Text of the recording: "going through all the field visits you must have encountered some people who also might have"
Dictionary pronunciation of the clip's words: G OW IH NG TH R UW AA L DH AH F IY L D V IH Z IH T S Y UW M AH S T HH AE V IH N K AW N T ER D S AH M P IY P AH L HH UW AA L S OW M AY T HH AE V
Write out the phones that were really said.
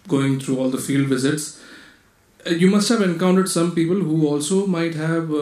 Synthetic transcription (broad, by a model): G OW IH NG T R UW AA L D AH F IY L D V IH Z IH T S Y UW M AH S T HH AE V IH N K AW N T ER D S AH M P IY P AH L HH UW AA L S OW M AY T HH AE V